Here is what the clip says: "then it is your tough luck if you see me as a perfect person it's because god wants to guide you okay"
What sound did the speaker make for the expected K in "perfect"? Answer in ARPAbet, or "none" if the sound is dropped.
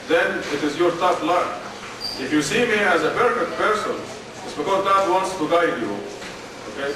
none